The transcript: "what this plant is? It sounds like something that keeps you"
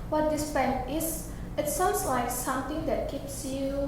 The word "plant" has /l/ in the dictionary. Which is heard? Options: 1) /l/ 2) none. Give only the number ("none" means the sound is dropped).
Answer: 2